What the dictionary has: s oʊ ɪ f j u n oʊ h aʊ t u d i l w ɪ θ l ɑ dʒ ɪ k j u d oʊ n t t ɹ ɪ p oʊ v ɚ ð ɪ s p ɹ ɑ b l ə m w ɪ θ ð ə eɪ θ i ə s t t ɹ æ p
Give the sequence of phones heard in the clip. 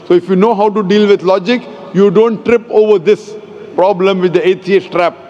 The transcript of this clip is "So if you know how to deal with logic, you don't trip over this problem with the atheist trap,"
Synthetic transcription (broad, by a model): s oʊ ɪ f j u n oʊ h aʊ t u d i l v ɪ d l ɑ dʒ ɪ k j u d oʊ n t t ɹ ɪ p oʊ v ɚ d ɪ s p ɹ ɑ b l ə m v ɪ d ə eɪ t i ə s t t ɹ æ p